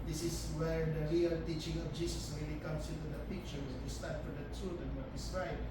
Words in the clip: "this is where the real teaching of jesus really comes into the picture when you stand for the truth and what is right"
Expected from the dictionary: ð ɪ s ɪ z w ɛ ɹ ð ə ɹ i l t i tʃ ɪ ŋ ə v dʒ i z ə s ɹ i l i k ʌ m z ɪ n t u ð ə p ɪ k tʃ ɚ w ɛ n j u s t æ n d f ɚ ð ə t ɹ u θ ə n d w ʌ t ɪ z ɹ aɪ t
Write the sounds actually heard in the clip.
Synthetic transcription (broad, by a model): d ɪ s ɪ s w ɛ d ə ɹ i l t i tʃ ɪ ŋ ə f dʒ i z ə s ɹ i l i k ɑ m s ɪ n t u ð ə p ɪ k tʃ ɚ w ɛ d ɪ s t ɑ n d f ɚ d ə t u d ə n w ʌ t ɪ s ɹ aɪ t